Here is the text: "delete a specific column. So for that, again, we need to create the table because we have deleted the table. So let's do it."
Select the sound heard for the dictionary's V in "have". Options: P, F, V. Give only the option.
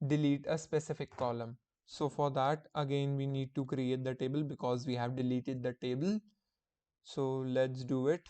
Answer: V